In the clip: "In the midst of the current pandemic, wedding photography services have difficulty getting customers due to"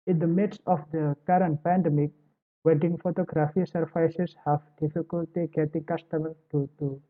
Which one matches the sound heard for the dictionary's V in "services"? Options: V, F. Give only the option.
F